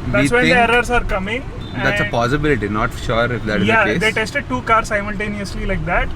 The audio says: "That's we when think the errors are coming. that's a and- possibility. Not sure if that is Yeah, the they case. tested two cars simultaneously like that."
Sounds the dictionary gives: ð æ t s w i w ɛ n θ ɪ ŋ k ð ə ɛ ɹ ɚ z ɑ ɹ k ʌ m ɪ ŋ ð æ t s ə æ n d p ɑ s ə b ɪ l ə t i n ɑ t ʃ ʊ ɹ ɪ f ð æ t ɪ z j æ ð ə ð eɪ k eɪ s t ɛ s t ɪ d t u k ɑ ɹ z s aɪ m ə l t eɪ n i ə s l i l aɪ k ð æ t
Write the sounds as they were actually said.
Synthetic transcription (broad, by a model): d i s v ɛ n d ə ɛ ɹ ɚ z ɑ ɹ k ʌ m ɪ ŋ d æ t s ə p ɑ s ə b ɪ l ə t i n ɑ t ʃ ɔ ɹ ɪ f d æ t ɪ z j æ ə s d eɪ t ɛ s t ɪ d t u k ɑ ɹ s aɪ m ə l t eɪ n i ə s l i l aɪ k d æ t